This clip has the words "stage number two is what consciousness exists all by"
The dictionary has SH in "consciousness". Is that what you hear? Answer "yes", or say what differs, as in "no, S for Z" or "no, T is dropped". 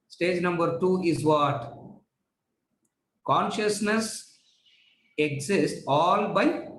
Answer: yes